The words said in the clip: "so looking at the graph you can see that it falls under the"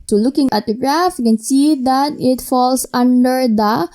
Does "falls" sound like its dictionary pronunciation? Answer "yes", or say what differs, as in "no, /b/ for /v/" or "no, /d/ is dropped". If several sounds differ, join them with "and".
no, /s/ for /z/